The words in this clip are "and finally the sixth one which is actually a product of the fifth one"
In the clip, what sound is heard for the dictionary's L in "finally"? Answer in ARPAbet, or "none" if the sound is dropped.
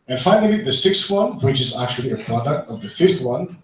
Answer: none